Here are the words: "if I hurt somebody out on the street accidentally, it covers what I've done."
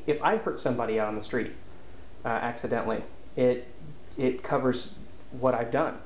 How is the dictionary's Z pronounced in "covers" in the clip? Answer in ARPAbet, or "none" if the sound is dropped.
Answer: Z